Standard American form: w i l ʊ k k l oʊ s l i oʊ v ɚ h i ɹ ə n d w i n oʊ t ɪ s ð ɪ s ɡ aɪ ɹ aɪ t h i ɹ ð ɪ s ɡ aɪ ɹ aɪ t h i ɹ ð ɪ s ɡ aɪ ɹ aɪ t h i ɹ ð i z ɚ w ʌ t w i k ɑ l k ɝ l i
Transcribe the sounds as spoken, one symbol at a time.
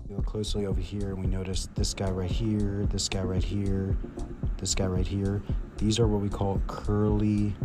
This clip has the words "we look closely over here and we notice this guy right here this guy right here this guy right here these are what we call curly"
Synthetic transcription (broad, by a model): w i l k k l oʊ s l i oʊ v ɚ h i ɹ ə n w i n oʊ t ɪ s ð ɪ s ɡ aɪ ɹ aɪ t h i ɹ ð ɪ s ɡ aɪ ɹ aɪ t h i ɹ ð ɪ s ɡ aɪ ɹ aɪ t h i ɹ ð i z ɚ w ʌ t w i k ɑ l k ɝ l i